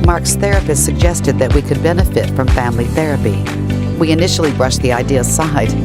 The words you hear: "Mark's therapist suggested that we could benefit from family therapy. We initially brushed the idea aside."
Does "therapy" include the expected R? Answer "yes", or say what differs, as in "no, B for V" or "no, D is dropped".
yes